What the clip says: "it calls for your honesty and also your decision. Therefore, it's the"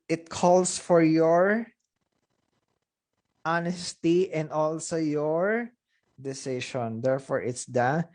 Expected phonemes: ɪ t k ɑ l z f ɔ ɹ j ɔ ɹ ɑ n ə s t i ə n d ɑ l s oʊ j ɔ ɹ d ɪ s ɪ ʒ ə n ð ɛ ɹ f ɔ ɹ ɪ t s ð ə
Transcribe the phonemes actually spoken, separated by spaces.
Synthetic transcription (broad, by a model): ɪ t k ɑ l s f ɔ ɹ j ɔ ɹ ɑ n ə s t i ə n d ɑ l s oʊ j ɔ ɹ d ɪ s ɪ ʃ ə n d ɛ ɹ f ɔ ɹ ɪ t s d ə